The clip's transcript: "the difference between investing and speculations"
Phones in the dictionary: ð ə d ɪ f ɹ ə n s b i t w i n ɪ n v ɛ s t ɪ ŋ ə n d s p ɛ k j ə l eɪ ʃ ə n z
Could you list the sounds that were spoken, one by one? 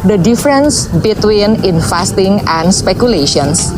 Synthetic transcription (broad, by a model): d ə d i f ɹ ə n s b i t w i n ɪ n f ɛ s t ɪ ŋ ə n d s p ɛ k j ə l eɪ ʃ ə n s